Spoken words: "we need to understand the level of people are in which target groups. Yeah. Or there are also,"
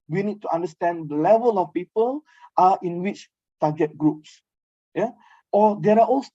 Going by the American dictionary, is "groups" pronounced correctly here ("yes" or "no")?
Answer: yes